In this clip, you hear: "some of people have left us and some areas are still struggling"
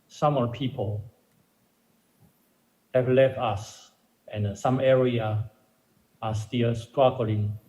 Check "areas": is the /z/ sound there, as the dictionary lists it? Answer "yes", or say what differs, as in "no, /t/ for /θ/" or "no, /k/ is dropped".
no, /z/ is dropped